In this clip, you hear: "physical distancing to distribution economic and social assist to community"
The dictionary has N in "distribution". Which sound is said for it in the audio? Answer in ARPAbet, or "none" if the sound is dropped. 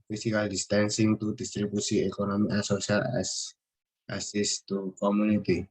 none